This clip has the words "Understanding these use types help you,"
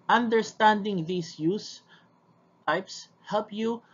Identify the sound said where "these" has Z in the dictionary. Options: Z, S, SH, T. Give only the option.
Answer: S